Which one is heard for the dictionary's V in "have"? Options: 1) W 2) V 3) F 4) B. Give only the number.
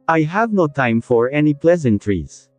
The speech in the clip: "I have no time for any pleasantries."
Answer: 2